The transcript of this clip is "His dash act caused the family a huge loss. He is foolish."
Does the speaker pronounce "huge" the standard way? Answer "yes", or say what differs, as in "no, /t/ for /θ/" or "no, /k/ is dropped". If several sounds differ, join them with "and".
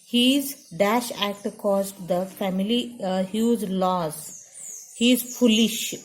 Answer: no, /z/ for /dʒ/